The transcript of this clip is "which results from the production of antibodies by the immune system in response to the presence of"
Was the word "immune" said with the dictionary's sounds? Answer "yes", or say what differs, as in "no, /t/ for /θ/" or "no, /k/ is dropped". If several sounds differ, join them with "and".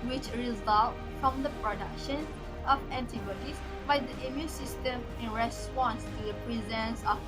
yes